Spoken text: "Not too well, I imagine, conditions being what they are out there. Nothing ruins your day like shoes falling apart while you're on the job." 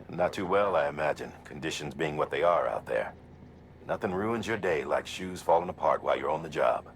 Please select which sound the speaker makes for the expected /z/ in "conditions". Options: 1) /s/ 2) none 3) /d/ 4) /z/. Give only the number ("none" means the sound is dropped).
4